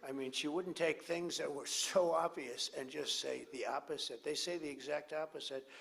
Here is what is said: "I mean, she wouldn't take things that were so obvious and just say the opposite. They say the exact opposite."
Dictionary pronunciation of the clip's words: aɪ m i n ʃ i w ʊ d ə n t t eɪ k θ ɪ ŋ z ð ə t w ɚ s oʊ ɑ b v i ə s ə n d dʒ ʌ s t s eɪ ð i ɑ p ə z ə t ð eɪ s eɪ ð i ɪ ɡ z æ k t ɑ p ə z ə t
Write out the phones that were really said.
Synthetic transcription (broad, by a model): aɪ m i n ʃ i w ʊ d n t t eɪ k θ ɪ ŋ z ð ə t w ɚ s oʊ ɑ b v i ə s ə n dʒ ʌ s t s eɪ ð i ɑ p ə z ə t ð eɪ s eɪ ð i ɪ ɡ z æ k t ɑ p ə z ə t